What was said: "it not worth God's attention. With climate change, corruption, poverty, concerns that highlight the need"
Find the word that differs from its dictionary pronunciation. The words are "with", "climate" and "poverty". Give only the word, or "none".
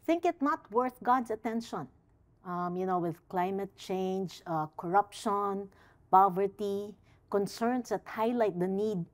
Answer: none